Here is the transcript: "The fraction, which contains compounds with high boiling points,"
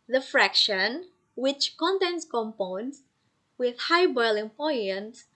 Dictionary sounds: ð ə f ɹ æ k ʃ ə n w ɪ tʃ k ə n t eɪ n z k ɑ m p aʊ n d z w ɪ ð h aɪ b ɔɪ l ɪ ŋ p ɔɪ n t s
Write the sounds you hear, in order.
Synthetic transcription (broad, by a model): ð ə f ɹ æ k ʃ ə n w ɪ tʃ k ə n t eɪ n s k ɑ m p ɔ n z w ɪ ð h aɪ b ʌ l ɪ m p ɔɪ n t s